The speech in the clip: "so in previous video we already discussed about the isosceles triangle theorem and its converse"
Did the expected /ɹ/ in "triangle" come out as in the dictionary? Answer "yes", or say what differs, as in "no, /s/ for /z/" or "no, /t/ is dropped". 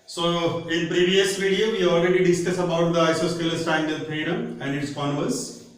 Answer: no, /ɹ/ is dropped